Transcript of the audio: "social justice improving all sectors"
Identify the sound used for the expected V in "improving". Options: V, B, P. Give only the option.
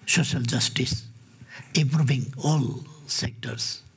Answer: B